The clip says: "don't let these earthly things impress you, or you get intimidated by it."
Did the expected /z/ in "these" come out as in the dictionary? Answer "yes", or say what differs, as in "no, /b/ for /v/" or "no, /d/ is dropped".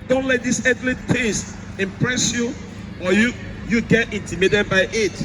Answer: no, /s/ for /z/